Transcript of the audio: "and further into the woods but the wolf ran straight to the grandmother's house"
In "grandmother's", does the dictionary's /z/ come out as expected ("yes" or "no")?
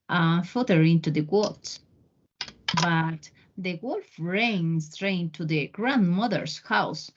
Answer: no